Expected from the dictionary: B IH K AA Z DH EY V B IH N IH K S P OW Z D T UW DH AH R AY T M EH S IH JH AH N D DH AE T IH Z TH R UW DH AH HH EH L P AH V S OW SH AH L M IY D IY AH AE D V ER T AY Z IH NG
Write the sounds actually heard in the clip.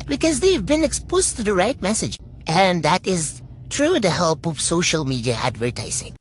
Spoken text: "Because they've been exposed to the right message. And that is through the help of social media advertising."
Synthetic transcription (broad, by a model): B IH K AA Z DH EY V B IH N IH K S P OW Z T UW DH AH R AY T M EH S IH JH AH N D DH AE T IH Z T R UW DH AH HH EH L P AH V S OW SH AH L M IY D IY AH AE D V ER T AY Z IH NG